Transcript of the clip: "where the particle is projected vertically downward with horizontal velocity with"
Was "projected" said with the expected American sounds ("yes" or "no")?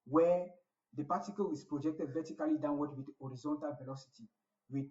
yes